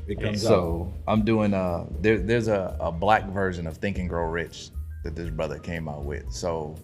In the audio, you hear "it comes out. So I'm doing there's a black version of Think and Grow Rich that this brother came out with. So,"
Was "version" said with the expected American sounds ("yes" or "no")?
yes